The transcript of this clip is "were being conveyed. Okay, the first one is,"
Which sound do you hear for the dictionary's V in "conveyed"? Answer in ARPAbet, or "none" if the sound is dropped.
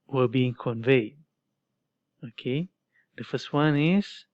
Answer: V